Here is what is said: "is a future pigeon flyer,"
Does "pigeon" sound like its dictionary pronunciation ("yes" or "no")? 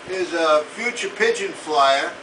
yes